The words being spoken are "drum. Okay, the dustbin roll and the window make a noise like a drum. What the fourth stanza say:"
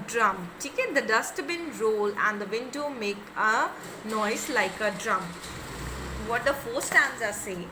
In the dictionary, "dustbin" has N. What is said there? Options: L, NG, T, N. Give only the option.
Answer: N